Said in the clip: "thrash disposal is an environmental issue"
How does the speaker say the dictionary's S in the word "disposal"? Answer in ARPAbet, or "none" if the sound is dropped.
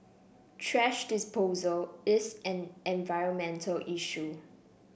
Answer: S